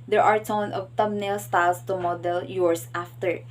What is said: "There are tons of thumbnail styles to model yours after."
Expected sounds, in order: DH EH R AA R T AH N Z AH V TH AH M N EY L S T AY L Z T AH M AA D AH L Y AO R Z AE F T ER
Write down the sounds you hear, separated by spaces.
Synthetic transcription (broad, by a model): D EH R AA R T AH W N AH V T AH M N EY L S T AY L S T AH M AA D AH L Y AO R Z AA F T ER